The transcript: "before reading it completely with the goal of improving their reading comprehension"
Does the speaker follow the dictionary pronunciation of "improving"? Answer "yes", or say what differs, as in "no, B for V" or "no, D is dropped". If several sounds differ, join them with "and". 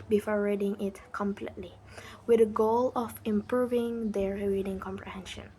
yes